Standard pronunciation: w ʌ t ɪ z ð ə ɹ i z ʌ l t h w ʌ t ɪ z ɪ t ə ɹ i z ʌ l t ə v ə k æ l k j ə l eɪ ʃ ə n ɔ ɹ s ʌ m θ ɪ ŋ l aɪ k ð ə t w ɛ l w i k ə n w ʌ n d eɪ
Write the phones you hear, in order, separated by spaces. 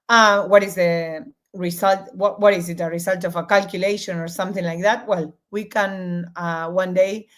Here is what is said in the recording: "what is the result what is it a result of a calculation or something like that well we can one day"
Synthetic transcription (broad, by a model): w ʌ t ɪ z ð ə ɹ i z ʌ l t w w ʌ t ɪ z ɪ t ə ɹ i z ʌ l t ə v ə k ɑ l k j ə l eɪ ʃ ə n ɔ ɹ s ʌ m θ ɪ ŋ l aɪ k ð ə t w ɛ l w i k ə n w ʌ n d eɪ